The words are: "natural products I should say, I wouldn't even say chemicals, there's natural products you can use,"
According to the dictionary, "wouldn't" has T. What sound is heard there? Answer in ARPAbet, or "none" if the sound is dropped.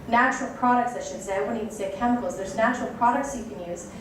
none